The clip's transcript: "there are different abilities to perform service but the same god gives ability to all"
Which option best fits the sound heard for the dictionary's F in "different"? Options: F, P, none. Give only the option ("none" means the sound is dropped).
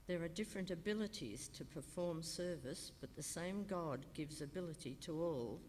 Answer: F